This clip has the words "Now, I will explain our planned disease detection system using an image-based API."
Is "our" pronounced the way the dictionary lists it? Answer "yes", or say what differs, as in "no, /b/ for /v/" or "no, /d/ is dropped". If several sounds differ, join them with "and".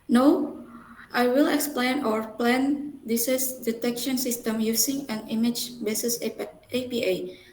yes